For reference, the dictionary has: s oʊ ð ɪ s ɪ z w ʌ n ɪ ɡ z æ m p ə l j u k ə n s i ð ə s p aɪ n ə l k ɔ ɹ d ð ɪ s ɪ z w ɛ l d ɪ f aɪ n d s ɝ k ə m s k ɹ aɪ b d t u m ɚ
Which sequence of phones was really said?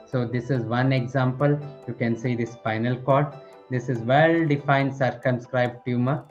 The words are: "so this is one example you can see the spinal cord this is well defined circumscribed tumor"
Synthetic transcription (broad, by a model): s oʊ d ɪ s ɪ z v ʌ n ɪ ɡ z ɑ m p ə l j u k ə n s i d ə s f aɪ n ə l k ɔ ɹ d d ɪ s ɪ z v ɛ l d ɪ f aɪ n d s ɝ k ə m s k ɹ aɪ b d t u m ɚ